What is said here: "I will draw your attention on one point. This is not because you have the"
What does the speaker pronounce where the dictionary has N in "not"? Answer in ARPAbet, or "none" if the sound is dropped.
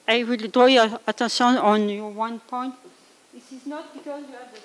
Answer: N